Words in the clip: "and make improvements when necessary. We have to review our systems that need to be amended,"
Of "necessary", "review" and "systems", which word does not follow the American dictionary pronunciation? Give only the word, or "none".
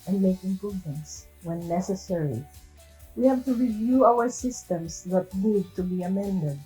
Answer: systems